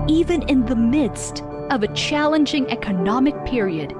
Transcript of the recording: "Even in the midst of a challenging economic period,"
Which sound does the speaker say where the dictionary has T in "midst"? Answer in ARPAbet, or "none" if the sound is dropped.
T